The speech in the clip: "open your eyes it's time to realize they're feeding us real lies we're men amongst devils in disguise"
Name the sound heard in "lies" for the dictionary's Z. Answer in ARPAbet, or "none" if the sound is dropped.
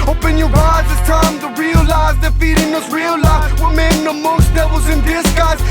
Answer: none